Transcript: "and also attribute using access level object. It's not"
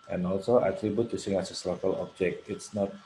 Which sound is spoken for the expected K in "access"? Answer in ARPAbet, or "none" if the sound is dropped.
none